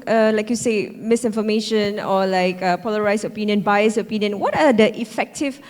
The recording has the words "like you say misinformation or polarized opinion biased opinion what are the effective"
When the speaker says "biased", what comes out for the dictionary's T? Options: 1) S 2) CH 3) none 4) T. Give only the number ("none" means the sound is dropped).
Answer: 3